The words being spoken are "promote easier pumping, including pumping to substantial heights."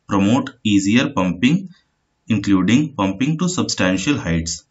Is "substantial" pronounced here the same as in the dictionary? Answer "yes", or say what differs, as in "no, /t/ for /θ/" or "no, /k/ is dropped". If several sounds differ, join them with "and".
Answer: yes